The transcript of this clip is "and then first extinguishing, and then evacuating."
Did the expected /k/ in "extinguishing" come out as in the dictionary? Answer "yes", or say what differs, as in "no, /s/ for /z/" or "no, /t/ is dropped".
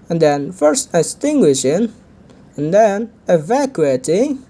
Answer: no, /k/ is dropped